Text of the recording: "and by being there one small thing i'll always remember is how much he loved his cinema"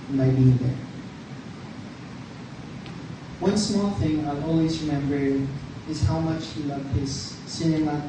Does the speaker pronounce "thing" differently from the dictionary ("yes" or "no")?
no